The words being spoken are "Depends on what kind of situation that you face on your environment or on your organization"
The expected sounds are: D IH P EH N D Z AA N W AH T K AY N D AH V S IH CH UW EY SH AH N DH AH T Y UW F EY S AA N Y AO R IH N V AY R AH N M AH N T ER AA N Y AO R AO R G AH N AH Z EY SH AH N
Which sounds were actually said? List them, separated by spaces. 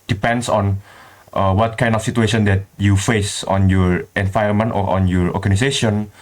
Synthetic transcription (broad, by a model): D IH P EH N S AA N W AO T K AY N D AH F S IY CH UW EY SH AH N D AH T Y UW F EY S AA N Y AO R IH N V AY AH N M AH N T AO AA N Y AO R AO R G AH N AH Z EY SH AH N